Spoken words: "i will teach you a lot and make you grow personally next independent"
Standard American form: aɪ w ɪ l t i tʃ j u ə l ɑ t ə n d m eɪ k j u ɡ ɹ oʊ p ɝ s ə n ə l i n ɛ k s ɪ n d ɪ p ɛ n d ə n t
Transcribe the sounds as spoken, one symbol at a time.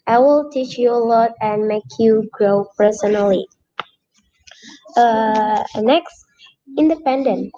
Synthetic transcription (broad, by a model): aɪ w ɪ l t i tʃ j u ə l ɑ t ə n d m eɪ k j u ɡ ɹ oʊ p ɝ s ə n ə l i n ɛ k s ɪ n d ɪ p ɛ n d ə n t